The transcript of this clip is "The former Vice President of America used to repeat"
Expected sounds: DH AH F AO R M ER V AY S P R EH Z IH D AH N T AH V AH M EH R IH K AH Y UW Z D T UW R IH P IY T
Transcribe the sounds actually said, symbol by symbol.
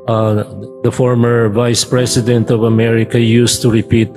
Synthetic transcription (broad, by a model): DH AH F AO R M ER V AY S P R EH S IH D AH N T AH V AH M EH R IH K AH Y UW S T UW R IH P IY T